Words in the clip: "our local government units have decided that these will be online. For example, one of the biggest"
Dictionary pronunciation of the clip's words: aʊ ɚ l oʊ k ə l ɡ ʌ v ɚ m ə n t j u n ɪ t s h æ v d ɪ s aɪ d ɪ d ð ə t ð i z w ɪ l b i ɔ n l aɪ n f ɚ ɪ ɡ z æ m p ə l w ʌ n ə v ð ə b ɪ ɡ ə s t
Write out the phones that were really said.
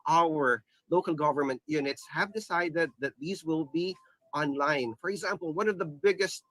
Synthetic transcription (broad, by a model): aʊ ɚ l oʊ k l ɡ ʌ v ɚ m ə n t j u n ɪ t s h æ v d ɪ s aɪ d ɪ d ð ə t ð i z w ɪ l b i ɔ n l aɪ n f ɚ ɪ ɡ z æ m p l w ʌ n ə v ð ə b ɪ ɡ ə s t